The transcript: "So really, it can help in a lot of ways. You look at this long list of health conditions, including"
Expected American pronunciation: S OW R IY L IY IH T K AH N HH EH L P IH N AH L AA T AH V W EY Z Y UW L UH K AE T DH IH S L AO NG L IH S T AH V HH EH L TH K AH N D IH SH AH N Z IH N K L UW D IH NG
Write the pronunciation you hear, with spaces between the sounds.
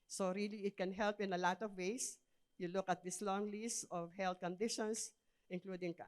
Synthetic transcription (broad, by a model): S OW R IY L IY IH T K AH N HH EH L P IH N AH L AA T AH V W EY S Y UW L UH K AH T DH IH S L AO NG L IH S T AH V HH EH L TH K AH N D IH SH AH N S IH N K L UW D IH NG